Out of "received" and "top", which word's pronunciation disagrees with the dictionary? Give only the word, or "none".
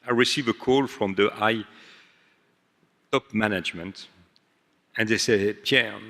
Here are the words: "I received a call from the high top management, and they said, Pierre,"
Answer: received